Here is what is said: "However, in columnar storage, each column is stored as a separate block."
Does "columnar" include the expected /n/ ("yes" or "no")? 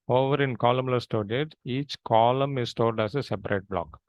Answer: no